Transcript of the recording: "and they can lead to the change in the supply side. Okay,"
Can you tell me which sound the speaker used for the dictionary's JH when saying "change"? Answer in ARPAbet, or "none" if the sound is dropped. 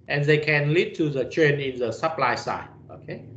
none